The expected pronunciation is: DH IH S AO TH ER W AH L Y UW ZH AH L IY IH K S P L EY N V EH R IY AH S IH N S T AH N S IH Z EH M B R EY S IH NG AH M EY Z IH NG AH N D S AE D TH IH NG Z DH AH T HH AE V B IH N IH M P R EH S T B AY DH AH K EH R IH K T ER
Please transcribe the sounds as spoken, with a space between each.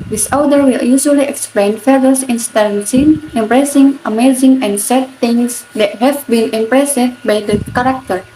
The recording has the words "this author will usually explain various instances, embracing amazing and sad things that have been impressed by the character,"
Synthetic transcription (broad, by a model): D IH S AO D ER W AH L Y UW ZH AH L IY IH K S P L EY N F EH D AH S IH N S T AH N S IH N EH M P R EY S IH NG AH M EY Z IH NG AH N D S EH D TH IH NG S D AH T HH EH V B IH N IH M P R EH S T B AY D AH K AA R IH K T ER